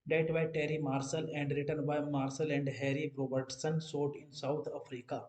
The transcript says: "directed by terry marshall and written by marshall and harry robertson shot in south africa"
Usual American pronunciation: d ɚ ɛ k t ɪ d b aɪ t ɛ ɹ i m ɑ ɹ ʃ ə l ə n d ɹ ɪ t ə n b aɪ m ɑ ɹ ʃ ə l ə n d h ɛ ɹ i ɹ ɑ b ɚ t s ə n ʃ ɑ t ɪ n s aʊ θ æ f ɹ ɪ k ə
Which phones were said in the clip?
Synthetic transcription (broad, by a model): d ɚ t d b aɪ t ɛ ɹ i m ɑ ɹ s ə l ə n d ɹ ɪ t ə n b aɪ m ɑ ɹ s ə l ə n d h ɛ ɹ i ɹ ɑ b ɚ t s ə n s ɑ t ɪ n s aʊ t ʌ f ɹ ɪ k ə